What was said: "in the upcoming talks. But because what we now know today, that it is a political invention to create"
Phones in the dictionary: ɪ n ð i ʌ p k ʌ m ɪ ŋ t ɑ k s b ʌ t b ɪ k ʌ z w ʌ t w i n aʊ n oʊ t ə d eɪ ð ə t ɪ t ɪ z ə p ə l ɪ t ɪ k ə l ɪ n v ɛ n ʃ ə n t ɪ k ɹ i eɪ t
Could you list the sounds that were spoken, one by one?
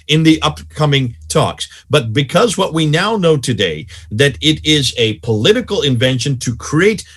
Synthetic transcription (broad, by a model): ɪ n ð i ʌ p k ʌ m ɪ ŋ t ɑ k s b ʌ t b ɪ k ʌ z w ʌ t w i n aʊ n oʊ t ə d eɪ ð ə t ɪ t ɪ z ə p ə l ɪ t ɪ k l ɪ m v ɛ n ʃ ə n t ɪ k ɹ i eɪ t